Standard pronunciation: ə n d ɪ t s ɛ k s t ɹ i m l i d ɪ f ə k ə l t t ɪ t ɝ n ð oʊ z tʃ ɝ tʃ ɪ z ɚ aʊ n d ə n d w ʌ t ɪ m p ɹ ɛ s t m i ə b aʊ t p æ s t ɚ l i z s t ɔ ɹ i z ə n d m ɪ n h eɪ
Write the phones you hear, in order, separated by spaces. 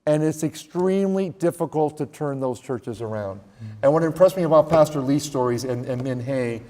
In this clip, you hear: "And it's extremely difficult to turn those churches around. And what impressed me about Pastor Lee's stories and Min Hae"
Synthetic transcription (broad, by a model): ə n ɪ t s ɛ k s t ɹ i m l i d ɪ f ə k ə l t t ɪ t ɝ n ð oʊ z tʃ ɝ tʃ ɪ z ɚ aʊ n d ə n w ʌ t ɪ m p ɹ ɛ s m i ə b aʊ t p æ s t ɚ l i s t ɔ ɹ i z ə n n m ɪ n h eɪ